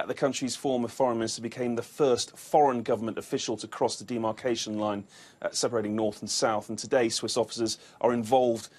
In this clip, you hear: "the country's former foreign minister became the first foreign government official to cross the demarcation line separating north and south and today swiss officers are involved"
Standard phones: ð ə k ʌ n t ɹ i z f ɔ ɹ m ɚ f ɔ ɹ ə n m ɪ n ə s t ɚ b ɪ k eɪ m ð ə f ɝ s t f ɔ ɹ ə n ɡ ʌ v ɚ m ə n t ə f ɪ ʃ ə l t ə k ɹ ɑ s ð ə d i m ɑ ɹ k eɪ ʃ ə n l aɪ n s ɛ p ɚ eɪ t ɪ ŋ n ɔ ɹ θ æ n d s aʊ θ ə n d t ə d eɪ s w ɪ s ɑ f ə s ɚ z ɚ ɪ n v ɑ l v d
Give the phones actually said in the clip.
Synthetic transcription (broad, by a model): ð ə k ʌ n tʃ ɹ i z f ɔ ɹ m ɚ f ɔ ɹ ə n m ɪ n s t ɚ b ɪ k eɪ m ð ə f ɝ s t f ɔ ɹ ə n ɡ ʌ v ɚ m ə n t ə f ɪ ʃ ə l t ə k ɹ ɑ s ð ə d i m ɑ ɹ k eɪ ʃ ə n l aɪ n s ɛ p ɚ eɪ t ɪ ŋ n ɔ ɹ θ n s aʊ θ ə n t ə d eɪ s w ɪ s ɑ f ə s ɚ z ɚ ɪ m v ɑ l v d